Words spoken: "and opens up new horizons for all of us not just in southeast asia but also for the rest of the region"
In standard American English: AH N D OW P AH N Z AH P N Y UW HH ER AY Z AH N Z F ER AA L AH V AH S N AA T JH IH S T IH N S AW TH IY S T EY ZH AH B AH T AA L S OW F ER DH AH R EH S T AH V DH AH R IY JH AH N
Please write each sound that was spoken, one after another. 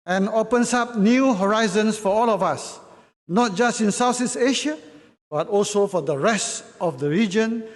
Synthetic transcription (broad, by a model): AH N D OW P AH N S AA P N Y UW HH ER AY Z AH N S F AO AA L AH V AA S N AA T JH IH S T IH N S AW S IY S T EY SH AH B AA T AA L S OW F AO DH AH R EH S T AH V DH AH R IY JH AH N